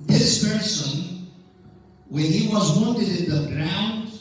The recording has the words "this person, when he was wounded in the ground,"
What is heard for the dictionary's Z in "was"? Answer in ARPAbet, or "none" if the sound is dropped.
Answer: Z